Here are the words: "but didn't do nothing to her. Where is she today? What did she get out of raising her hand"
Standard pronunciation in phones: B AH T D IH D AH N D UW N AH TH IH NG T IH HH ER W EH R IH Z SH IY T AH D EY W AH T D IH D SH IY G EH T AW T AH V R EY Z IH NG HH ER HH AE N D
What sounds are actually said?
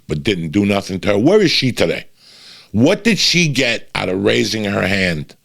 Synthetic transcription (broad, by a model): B AH T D IH D N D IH N AH TH IH NG T IH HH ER W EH R IH Z SH IY T AH D EY W AH T D IH D SH IY G EH T AW T AH V R EY Z IH NG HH ER HH AE N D